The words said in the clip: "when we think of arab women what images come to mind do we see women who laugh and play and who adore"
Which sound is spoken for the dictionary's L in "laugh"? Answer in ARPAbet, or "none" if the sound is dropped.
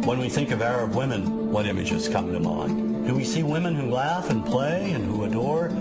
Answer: L